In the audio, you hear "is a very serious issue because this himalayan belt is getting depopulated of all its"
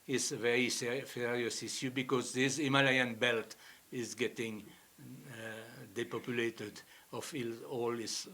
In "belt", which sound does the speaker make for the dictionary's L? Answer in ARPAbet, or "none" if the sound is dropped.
L